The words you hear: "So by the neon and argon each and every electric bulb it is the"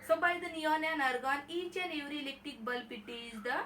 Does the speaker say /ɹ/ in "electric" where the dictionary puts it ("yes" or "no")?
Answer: no